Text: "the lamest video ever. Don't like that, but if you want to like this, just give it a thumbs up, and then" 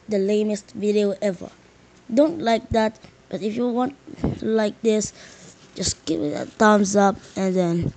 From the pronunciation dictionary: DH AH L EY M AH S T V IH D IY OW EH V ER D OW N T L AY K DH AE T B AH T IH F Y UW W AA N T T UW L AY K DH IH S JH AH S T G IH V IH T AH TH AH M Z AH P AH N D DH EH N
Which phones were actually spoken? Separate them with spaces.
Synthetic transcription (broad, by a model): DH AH L EY M AH S T V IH D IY OW EH V ER D OW N T L AY K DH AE T B AH T IH F Y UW W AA N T T UW L AY K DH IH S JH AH S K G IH IH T AH T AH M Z AH P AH N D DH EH N